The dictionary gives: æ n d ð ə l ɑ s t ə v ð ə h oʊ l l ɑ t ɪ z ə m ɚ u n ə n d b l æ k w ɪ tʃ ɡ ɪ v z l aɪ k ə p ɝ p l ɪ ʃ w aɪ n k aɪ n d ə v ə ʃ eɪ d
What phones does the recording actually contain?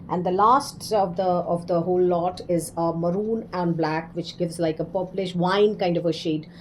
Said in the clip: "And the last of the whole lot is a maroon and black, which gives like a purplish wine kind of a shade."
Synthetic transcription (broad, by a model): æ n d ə l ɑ s t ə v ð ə h oʊ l l ɑ t ɪ z ə m ɚ u n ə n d b l æ k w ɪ tʃ ɡ ɪ v z l aɪ k ə p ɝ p l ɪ ʃ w aɪ n k aɪ n d ə v ə ʃ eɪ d